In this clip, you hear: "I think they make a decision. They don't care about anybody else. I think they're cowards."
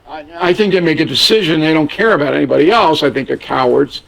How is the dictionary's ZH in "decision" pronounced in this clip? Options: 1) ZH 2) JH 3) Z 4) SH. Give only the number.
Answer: 1